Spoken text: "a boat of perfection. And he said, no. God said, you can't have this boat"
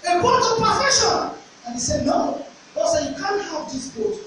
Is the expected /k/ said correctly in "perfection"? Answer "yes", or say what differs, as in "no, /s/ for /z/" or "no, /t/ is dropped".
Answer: no, /k/ is dropped